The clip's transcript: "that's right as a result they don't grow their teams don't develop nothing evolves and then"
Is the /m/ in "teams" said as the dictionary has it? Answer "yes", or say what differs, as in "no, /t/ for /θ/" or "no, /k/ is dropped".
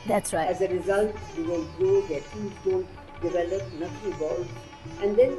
no, /m/ is dropped